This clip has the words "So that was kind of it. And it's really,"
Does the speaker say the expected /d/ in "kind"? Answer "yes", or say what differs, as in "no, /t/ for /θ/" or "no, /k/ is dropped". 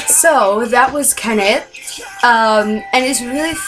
no, /d/ is dropped